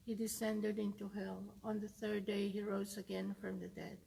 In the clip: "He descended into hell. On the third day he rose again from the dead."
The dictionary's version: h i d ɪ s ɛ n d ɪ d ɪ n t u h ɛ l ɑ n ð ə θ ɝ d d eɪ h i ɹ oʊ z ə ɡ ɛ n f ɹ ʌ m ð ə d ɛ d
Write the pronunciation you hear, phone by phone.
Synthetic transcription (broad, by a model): h i d ɪ s ɛ n d ɪ d ɪ n t u h ɛ l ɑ n ð ə θ ɝ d d eɪ h i ɹ oʊ z ə ɡ ɛ n f ɹ ʌ m ð ə d ɛ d